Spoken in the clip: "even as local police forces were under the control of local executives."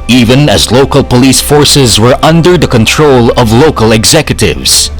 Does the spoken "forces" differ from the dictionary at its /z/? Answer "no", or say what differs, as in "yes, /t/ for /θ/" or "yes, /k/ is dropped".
no